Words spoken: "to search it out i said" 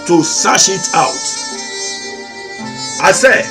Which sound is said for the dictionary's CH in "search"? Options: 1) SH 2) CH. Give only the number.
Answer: 1